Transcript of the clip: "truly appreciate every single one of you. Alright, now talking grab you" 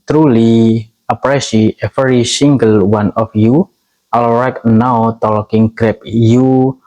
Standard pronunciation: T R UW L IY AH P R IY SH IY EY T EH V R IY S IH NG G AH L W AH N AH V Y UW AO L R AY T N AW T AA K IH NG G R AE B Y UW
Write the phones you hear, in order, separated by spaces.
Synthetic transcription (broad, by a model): T R UW L IY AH P R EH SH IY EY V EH R IY S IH NG G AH L W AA N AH F Y UW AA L R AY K N AW T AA K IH NG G R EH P Y UW